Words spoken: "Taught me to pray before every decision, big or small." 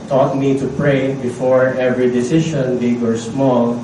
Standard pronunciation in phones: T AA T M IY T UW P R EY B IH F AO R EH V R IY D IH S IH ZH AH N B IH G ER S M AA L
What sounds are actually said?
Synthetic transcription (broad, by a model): T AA T M IY T UW P R EY B IH F AO R EH V R IY D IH S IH SH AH N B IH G ER S M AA L